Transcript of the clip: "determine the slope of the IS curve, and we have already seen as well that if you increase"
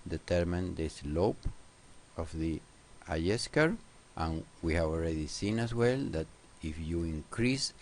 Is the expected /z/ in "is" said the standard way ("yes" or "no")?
no